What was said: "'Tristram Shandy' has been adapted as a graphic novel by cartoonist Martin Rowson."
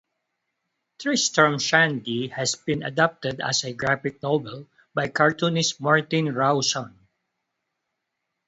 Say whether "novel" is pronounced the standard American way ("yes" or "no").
no